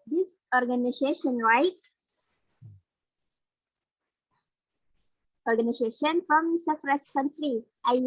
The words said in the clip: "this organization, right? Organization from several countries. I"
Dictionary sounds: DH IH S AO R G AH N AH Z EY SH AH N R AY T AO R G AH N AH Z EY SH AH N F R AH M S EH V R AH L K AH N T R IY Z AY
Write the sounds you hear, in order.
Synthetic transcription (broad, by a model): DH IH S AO R G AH N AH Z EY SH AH N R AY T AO R G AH N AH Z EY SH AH N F R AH M S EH F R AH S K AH N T R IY AY